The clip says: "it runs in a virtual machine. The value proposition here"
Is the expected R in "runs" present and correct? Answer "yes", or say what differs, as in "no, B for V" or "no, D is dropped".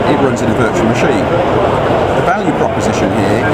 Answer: yes